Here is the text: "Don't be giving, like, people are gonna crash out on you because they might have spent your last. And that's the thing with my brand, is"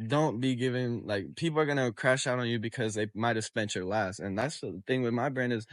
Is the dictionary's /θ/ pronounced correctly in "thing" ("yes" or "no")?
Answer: yes